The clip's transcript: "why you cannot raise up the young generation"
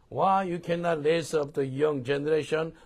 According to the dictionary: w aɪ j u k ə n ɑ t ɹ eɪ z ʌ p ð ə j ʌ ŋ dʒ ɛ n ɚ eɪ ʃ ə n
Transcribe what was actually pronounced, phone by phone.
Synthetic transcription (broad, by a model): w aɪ j u k ə n ɑ t l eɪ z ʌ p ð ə j ʌ ŋ dʒ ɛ n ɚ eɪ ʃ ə n